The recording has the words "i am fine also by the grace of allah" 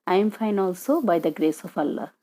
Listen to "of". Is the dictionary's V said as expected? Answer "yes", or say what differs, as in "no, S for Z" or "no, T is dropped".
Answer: no, P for V